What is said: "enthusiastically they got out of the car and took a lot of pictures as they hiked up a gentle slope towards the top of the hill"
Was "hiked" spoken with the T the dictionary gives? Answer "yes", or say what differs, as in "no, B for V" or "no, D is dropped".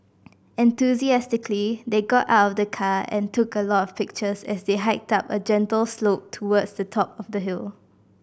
yes